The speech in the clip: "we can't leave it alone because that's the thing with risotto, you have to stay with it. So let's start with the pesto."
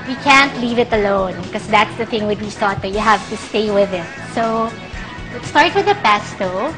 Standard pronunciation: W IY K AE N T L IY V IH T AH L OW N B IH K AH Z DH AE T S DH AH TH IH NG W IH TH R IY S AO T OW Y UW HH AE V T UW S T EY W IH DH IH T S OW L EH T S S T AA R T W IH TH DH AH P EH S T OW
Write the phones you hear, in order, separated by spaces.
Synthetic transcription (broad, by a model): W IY K AE N T L IY V IH T AH L OW N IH K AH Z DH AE T S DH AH TH IH NG W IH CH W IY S AO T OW Y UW HH AE V T UW S T EY W IH DH IH T S OW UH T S S T AA R T W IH DH AH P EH S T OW